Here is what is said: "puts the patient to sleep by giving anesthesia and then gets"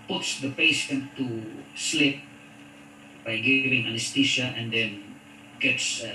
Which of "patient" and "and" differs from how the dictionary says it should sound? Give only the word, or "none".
patient